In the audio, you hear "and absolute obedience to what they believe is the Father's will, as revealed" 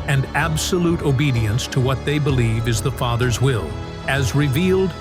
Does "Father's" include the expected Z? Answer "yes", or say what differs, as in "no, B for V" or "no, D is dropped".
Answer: yes